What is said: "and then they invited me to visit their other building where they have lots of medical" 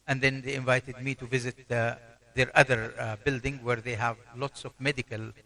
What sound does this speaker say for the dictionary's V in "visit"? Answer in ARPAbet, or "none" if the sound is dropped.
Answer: V